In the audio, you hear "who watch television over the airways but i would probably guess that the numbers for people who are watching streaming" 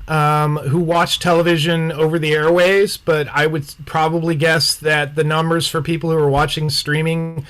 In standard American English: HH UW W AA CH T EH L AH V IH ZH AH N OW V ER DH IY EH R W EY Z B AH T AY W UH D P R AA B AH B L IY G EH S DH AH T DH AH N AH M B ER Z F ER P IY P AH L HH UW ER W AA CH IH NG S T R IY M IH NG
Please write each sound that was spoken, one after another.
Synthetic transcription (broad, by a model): HH UW W AA CH T EH L AH V IH ZH AH N OW V ER DH IY EH R W EY Z B AH T AY W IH D P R AA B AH B L IY G EH S DH AH T DH AH N AH M B ER Z F ER P IY P L HH UW ER W AA CH IH NG S T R IY M IH NG